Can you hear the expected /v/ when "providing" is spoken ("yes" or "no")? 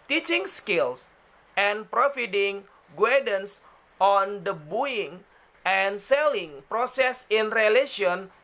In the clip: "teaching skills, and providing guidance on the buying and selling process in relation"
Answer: no